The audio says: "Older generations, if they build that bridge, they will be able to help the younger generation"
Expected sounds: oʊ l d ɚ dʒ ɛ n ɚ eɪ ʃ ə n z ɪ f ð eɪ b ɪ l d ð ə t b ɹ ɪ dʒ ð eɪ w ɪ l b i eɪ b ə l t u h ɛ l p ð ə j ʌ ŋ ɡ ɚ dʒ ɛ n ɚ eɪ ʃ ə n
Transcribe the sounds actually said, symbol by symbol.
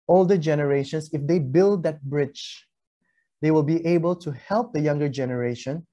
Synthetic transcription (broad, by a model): oʊ l d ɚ dʒ ɛ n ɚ eɪ ʃ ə n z ɪ f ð eɪ b ɪ l d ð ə t b ɹ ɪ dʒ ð eɪ w ɪ l b i eɪ b ə l t u h ɛ l p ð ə j ʌ ŋ ɡ ɚ dʒ ɛ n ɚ eɪ ʃ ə n